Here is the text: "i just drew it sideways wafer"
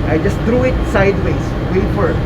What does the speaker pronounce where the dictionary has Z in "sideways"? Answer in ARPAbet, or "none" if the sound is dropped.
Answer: S